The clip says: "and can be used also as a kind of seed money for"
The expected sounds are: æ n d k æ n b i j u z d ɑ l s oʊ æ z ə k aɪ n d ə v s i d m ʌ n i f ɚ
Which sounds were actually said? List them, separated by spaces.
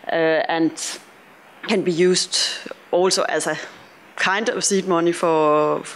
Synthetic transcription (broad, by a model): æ n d k æ n b i j u s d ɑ l s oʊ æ s ə k aɪ n d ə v s i d m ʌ n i f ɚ